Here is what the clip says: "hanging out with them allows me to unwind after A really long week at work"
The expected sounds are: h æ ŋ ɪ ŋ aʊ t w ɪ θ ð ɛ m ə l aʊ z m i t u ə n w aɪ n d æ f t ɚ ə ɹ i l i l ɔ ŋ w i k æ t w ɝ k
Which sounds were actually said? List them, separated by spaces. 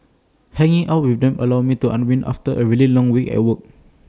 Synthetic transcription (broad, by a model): h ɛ ŋ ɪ ŋ aʊ t w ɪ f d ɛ m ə l aʊ m i t u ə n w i n ɑ f t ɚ ə ɹ i l i l ɔ ŋ w i k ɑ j w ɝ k